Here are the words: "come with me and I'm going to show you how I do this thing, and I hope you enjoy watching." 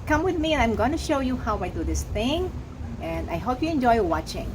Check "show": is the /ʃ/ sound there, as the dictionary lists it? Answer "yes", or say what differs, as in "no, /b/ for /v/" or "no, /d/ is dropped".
yes